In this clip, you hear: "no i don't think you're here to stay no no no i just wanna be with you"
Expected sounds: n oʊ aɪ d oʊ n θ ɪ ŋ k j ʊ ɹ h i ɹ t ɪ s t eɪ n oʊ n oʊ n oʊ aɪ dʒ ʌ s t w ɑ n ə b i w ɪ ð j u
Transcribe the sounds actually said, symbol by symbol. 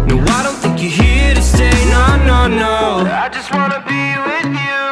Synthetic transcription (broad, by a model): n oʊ aɪ d oʊ n θ ɪ ŋ k j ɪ h i ɹ t ɪ s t eɪ n oʊ n oʊ n oʊ aɪ dʒ ʌ s t w ɑ n ə b i w ɪ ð j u